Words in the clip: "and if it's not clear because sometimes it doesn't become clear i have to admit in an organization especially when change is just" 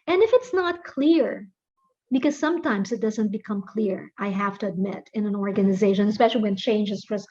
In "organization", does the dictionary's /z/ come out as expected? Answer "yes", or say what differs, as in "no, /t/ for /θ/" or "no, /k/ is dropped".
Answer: yes